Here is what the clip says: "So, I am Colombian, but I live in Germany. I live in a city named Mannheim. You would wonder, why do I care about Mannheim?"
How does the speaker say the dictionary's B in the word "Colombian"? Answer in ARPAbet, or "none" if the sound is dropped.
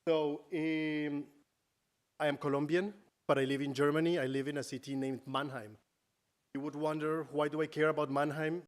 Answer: B